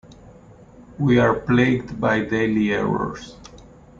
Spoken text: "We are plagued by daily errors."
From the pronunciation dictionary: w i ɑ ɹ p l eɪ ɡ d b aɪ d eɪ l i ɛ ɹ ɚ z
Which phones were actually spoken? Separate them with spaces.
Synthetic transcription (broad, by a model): w i ɑ ɹ p l eɪ ɡ d b aɪ d eɪ l i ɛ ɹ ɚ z